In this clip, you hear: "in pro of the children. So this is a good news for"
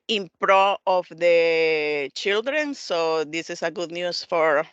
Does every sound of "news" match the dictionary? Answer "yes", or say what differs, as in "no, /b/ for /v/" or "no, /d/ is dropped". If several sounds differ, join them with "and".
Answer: no, /s/ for /z/